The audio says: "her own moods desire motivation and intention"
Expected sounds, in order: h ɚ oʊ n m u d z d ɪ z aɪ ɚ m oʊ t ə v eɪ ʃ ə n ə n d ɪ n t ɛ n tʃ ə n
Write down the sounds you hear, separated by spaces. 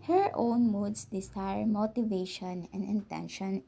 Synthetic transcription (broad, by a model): h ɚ oʊ n m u d s d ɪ s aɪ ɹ m oʊ t ə v eɪ ʃ ə n ə n d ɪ n t ɛ n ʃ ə n